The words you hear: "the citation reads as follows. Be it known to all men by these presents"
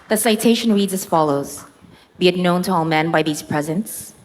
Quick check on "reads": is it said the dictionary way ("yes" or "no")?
yes